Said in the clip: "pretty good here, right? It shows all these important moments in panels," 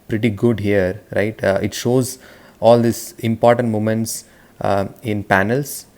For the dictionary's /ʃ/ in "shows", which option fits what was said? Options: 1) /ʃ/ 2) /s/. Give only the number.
1